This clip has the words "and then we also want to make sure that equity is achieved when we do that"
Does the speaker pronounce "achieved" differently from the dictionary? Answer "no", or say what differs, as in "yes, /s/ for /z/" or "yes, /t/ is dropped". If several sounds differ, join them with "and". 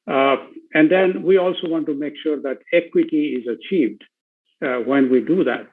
no